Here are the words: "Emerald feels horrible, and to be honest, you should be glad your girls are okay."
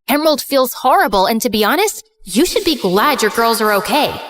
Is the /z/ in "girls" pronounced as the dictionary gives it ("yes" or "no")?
yes